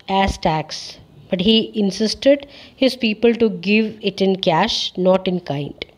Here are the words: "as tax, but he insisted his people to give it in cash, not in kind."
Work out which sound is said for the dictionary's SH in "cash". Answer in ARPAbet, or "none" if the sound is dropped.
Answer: SH